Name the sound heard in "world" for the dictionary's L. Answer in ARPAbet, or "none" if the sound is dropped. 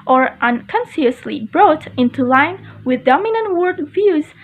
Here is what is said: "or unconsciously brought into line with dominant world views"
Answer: none